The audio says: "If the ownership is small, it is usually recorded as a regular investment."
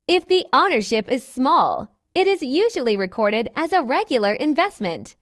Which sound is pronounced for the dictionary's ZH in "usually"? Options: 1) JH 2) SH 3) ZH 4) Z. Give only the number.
3